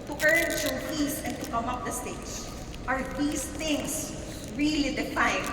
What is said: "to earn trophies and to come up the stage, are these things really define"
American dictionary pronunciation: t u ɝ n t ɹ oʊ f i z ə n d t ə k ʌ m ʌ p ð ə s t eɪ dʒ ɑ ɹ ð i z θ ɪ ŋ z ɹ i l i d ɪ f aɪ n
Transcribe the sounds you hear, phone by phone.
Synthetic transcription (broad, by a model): t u ɝ n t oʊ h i s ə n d t ə k ʌ m ʌ p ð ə s t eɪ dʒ ɑ ɹ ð i s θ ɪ ŋ s ɹ i l i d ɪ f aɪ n